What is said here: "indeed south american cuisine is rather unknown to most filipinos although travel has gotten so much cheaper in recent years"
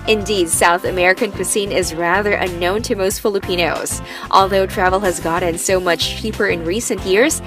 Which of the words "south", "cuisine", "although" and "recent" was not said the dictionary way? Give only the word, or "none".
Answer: cuisine